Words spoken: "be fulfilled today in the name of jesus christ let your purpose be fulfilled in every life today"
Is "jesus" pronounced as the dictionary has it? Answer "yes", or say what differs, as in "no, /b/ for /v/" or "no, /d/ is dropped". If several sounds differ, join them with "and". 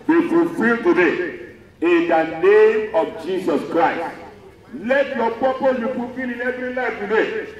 no, /s/ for /z/